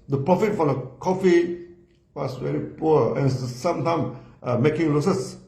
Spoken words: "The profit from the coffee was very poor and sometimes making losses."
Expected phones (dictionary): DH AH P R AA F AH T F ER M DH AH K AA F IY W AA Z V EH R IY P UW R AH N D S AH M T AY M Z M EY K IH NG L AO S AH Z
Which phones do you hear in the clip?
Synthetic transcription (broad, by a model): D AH P R AA F AH T F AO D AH K AA F IY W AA S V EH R IY P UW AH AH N S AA M T AY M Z M EY K IH NG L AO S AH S